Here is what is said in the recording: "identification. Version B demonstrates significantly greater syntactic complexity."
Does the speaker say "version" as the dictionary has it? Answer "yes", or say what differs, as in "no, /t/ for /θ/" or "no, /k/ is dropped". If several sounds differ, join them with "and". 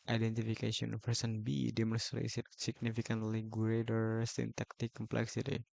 no, /s/ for /ʒ/